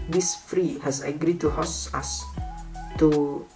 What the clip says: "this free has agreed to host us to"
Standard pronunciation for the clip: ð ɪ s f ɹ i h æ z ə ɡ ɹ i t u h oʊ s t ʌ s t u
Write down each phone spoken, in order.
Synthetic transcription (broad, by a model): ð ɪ s f ɹ i h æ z ə ɡ ɹ i t u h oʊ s ʌ s t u